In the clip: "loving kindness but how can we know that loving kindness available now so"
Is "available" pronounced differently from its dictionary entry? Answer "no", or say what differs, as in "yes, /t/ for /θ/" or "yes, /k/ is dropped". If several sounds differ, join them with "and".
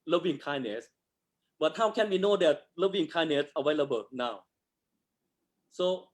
yes, /w/ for /v/